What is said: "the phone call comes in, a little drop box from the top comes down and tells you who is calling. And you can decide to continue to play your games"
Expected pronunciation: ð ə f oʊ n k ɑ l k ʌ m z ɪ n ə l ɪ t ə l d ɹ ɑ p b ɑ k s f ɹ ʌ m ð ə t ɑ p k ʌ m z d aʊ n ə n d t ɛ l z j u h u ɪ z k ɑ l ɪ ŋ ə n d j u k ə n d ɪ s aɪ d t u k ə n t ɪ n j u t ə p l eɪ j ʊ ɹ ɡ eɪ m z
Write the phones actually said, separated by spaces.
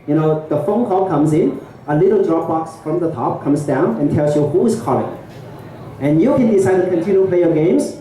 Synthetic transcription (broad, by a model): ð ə f oʊ n k ɑ l k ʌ m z ɪ n ə l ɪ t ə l d ɹ ɑ p b ɑ k s f ɹ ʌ m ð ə t ɑ p k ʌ m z d aʊ n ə n t ɛ l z j u h u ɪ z k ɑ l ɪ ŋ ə n j u k ə n d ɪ s aɪ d t u k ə n t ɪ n j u p l eɪ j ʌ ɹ ɡ eɪ m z